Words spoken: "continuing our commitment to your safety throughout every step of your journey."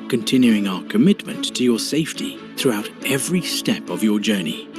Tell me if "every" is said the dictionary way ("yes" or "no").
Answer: yes